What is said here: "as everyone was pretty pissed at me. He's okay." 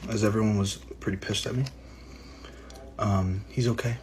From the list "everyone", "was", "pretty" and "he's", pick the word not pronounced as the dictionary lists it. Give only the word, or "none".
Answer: none